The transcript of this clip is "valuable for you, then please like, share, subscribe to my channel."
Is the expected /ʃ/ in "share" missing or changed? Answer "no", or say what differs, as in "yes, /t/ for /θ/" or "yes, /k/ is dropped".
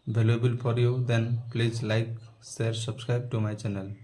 yes, /s/ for /ʃ/